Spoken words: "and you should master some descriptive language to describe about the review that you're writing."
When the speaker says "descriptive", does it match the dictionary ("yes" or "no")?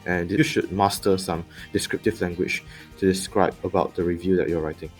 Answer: yes